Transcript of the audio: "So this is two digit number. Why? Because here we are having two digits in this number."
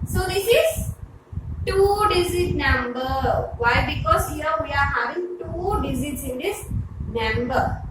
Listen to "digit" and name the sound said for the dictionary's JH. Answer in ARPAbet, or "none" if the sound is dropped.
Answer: Z